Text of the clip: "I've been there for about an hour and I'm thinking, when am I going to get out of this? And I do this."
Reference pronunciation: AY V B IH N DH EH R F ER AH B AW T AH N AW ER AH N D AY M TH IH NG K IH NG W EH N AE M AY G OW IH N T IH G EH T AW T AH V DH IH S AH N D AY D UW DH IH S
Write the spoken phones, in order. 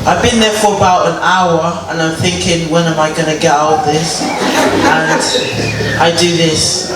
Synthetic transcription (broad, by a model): AY V B IH N DH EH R F ER AH B AW T AH N AW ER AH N AY M TH IH NG K IH NG W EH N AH M AY G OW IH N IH G EH T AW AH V DH IH S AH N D AY D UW DH IH S